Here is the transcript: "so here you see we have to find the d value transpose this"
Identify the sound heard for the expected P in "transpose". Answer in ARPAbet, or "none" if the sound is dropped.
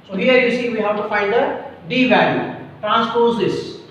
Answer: P